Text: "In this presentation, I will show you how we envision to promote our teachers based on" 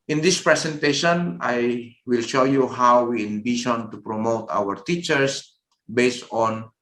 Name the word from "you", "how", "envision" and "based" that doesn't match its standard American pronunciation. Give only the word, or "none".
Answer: envision